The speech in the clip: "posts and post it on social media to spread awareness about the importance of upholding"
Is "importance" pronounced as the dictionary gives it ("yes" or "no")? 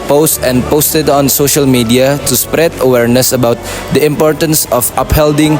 yes